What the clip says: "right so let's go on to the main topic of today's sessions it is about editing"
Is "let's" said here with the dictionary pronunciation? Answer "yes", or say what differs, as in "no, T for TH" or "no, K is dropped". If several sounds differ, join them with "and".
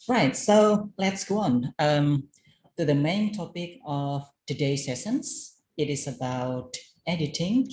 yes